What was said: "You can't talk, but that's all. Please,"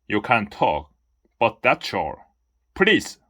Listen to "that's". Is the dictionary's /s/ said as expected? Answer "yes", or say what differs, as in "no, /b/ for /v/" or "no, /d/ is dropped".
no, /ʃ/ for /s/